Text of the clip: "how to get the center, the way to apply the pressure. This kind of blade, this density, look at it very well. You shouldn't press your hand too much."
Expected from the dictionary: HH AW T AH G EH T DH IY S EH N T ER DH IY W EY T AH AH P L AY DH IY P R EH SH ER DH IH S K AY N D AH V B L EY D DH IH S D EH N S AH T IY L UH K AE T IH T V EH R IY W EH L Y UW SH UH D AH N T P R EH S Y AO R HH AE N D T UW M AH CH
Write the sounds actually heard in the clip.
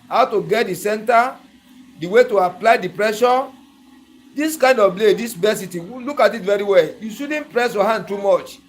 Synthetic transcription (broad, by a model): HH AW T AH G EH T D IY S EH N T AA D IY W EY T AH AH P L AY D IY P R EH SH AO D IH S K AY N D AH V B L EY D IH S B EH S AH T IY L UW K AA T IH T V EH R IY W EH L Y UW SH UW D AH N P R EH S Y AO HH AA N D T UW M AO CH